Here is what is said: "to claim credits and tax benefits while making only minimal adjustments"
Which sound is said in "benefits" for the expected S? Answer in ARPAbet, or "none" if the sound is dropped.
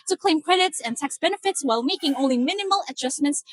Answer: S